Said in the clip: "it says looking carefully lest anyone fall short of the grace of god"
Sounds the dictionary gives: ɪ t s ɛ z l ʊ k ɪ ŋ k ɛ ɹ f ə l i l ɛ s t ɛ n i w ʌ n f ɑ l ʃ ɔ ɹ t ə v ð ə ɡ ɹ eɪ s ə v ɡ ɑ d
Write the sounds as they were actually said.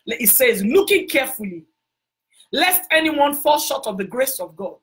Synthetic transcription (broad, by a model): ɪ t s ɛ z l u k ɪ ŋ k ɛ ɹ f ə l i l ɛ s t ɛ n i w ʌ n f ɑ l ʃ ɔ t ə v ð ə ɡ ɹ eɪ s ə v ɡ ɑ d